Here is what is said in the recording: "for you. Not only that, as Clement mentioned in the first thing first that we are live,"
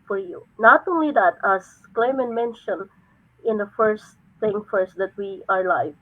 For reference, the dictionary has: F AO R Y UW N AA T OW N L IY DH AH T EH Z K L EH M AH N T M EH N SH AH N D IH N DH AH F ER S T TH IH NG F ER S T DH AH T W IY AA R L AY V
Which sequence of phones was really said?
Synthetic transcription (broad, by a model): F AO R Y UW N AA T OW N L IY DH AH T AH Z K L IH M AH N M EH N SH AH N IH N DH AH F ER S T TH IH NG F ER S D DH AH T W IY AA R L AY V